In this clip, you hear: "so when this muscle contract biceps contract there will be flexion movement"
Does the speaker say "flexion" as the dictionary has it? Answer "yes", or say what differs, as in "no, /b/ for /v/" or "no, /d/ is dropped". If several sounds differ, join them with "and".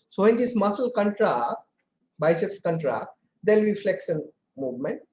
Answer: no, /s/ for /ʃ/